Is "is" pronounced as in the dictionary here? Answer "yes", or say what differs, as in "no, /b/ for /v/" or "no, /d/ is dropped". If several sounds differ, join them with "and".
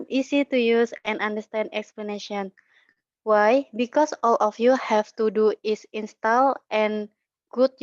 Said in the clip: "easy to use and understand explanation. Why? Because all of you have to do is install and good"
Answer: no, /s/ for /z/